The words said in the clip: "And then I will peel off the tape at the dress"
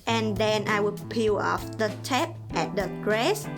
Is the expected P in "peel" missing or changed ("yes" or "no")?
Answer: no